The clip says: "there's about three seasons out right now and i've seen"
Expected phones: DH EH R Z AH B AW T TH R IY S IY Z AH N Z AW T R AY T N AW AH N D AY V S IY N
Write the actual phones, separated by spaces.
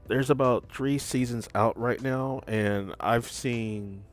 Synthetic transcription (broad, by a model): DH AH R Z AH B AW T TH R IY S IY Z AH N Z AW T R AY T N AW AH N AY V S IY N